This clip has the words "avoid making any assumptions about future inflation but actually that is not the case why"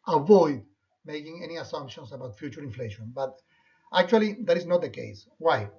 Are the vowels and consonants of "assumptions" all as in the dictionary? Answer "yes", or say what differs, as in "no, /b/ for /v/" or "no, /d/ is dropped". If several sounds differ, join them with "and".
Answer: no, /s/ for /z/